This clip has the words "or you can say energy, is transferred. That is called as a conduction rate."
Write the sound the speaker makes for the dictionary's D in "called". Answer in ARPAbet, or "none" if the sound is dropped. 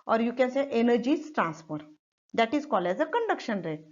none